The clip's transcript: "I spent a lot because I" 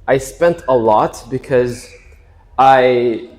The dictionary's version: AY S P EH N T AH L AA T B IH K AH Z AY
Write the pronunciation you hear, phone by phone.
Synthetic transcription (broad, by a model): AY S P EH N T AH L AA T B IH K AH Z AY